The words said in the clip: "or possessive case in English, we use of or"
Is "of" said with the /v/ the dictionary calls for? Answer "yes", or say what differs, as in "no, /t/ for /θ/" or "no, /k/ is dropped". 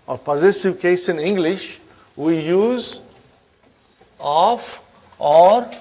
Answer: no, /f/ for /v/